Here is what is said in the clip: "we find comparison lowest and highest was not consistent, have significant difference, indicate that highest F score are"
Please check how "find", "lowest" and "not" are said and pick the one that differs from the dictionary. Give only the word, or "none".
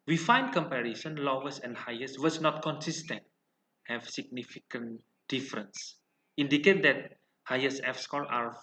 lowest